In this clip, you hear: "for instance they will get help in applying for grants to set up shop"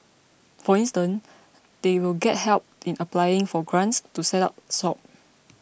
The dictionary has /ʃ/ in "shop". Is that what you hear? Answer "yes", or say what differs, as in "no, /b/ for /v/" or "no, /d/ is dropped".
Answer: no, /s/ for /ʃ/